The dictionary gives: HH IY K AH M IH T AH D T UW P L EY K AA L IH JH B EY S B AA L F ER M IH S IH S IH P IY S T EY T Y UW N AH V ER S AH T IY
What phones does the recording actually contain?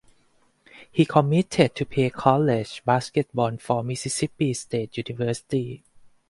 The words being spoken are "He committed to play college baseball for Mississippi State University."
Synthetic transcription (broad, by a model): HH IY K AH M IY T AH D T UW P EY K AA L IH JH B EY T B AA N F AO M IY S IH S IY P IY S T EY T Y UW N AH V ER S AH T IY